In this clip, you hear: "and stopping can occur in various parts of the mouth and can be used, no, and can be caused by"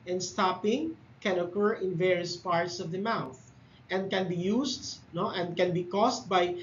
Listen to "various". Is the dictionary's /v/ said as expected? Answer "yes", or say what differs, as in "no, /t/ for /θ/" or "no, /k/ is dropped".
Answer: yes